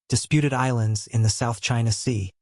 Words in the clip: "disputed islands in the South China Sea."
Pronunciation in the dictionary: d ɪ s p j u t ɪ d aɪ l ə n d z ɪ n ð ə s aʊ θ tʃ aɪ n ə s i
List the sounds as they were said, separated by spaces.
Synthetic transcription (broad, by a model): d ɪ s p j u t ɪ d aɪ l ə n d z ɪ n ð ə s aʊ θ tʃ aɪ n ə s i